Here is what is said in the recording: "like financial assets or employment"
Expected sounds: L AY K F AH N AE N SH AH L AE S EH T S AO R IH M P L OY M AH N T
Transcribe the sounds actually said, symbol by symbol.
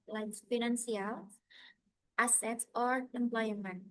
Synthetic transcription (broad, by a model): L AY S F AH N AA N S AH L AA S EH T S AO R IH M P L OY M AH N